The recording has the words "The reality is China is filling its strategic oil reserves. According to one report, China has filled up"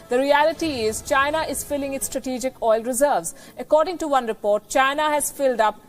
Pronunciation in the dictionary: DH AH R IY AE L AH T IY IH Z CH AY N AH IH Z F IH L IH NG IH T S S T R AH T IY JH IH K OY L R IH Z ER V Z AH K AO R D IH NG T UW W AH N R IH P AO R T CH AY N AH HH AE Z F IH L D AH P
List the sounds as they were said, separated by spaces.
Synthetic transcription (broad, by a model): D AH R IY AE L AH T IY IH Z CH AY N AH IH Z F IH L IH NG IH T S S T R AH T IY JH IH K OY L R IH Z ER V Z AH K AO R D IH NG T UW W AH N R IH P AO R T CH AY N AH HH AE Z F IH L D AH P